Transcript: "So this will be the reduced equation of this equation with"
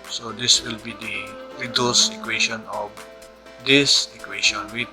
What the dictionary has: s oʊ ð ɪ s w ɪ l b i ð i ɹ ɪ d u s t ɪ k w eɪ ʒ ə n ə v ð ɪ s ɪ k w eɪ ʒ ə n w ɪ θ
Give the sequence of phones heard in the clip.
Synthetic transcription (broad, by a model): s oʊ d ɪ s w ɪ l b i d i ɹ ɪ d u s ɪ k w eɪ ʃ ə n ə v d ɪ s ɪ k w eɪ ʃ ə n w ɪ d